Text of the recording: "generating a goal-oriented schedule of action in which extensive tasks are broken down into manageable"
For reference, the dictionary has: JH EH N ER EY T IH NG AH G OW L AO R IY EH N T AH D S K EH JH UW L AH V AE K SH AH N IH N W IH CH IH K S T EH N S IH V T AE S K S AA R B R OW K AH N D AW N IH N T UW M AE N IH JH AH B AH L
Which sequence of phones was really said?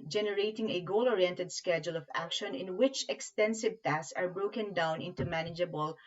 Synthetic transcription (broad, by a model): JH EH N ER EY T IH NG AH G OW L AO R IY EH N T AH D S K EH JH UW L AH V AE K SH AH N IH N W IH CH IH K S T EH N S IH V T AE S S AA R B R OW K AH N D AW N IH N T UW M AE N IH JH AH B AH L